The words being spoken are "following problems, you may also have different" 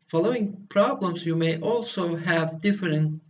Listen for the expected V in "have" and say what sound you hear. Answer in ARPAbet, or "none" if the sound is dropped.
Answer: V